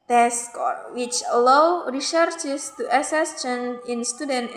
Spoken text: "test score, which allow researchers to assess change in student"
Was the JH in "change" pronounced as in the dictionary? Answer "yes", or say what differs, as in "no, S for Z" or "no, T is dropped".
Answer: no, JH is dropped